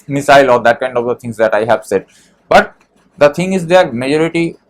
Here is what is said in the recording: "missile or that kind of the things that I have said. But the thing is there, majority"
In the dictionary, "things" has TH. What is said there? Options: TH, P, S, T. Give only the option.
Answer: T